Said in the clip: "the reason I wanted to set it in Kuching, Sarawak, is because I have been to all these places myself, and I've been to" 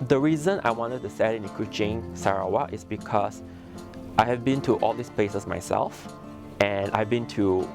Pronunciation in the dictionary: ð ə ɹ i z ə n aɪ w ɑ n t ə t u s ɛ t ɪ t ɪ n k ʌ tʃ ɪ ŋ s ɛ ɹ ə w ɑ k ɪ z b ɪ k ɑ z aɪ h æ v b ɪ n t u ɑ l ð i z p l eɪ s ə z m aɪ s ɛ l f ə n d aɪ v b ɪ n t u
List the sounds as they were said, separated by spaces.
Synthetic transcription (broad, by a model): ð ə ɹ i z ə n aɪ w ɑ n t ə t u s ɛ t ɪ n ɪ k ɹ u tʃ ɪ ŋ s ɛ ɹ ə w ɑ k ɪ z b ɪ k ɑ s aɪ h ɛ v b ɪ n t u ɑ l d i s p l eɪ s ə s m aɪ s ɛ l f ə n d aɪ v b ɪ n t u